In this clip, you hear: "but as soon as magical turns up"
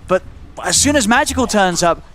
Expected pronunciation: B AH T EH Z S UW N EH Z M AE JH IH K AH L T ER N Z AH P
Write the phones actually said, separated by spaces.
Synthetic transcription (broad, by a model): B AH T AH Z S UW N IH Z M AE JH IH K AH L T ER N Z AH P